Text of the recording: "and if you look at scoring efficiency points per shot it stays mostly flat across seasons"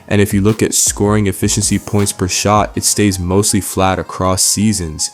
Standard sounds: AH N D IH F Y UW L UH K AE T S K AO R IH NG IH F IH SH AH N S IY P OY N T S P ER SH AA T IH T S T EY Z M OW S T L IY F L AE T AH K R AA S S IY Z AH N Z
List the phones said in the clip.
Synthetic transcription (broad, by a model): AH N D IH F Y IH L UH K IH T S K AO R IH NG IH F IH SH AH N S IY P OY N T S P ER SH AA T IH T S T EY Z M OW S T L IY F L AE T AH K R AA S S IY Z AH N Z